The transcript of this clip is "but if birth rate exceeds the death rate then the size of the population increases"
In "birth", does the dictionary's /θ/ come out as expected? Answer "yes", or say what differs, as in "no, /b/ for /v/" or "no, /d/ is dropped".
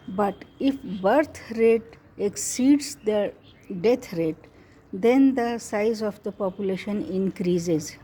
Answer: no, /t/ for /θ/